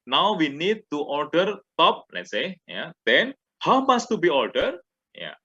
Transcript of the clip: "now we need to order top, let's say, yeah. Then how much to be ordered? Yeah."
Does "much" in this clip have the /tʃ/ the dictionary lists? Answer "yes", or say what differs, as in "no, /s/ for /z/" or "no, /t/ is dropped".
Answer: no, /s/ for /tʃ/